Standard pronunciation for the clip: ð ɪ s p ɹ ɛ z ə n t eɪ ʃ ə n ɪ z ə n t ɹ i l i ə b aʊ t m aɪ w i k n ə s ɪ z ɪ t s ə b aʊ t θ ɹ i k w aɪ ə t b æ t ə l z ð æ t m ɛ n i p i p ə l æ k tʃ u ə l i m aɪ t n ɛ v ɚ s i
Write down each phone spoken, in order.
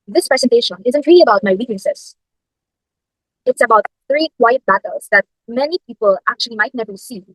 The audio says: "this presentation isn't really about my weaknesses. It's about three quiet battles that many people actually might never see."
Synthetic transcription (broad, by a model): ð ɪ s p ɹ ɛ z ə n t eɪ ʃ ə n ɪ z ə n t ɹ i l i ə b aʊ t m aɪ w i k ə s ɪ s ɪ t s ə b aʊ t θ ɹ i k w aɪ ə t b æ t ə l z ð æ t m ɛ n i p i p ə l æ k tʃ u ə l i m aɪ t n ɛ v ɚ s i